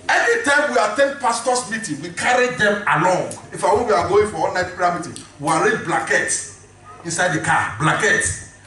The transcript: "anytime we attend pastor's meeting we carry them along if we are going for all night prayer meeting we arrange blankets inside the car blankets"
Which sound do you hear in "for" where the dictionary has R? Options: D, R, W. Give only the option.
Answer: W